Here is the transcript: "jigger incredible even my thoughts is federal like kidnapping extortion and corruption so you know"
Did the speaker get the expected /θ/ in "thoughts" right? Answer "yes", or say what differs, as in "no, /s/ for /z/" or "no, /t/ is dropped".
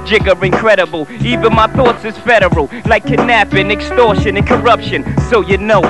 yes